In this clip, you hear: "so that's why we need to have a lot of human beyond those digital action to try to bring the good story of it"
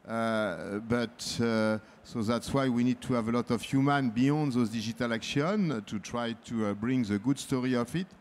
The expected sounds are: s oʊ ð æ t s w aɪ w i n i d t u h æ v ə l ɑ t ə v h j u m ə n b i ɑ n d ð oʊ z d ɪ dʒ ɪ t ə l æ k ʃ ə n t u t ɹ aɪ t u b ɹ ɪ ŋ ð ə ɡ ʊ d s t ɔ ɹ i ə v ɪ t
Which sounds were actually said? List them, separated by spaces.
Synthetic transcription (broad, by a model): s oʊ ð æ t s w aɪ w i n i d t u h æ v ə l ɑ t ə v h j u m ə n b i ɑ n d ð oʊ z d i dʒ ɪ t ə l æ k ʃ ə n t u t ɹ aɪ t u b ɹ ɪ ŋ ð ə ɡ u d s t ɔ ɹ i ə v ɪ t